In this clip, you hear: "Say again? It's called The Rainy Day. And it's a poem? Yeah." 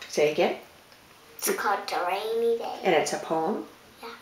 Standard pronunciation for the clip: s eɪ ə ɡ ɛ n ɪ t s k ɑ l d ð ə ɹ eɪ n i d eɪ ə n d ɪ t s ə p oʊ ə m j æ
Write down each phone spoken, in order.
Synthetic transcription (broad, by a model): s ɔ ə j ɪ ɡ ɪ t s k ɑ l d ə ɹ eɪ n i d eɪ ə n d ɪ t s ə p oʊ ə m j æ